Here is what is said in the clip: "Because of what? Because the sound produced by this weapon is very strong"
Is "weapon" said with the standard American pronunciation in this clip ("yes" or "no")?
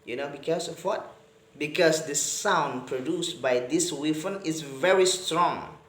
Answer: no